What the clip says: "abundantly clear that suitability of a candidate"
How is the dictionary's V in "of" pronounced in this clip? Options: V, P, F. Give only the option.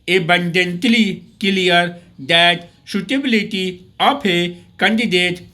P